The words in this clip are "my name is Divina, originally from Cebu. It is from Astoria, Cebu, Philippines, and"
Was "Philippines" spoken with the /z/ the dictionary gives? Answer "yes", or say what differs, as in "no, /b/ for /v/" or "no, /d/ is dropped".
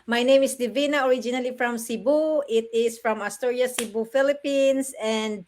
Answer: no, /s/ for /z/